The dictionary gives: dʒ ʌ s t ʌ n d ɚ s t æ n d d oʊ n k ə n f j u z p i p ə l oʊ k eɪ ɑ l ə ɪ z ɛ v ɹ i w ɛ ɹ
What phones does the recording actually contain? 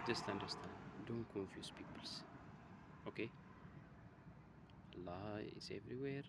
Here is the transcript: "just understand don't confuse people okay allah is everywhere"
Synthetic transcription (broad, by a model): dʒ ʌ s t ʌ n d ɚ s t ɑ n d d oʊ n k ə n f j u s p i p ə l oʊ k eɪ l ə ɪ s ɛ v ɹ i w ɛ ɹ